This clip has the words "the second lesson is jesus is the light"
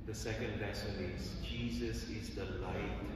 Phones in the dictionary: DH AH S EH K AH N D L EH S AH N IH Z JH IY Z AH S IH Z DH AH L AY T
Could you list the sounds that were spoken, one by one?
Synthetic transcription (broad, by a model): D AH S EH K AH N D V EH S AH L IH Z JH IY Z AH S IH Z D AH L AY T